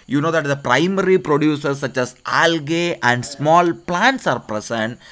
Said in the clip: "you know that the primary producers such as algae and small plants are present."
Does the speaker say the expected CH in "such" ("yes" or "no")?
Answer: yes